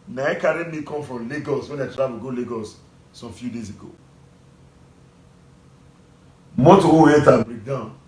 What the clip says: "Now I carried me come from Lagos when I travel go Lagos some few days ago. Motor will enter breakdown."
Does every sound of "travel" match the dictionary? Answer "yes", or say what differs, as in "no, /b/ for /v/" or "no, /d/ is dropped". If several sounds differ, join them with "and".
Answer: no, /w/ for /v/